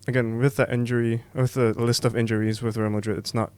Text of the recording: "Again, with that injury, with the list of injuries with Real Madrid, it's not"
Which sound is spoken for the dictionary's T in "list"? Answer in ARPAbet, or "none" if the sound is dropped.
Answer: T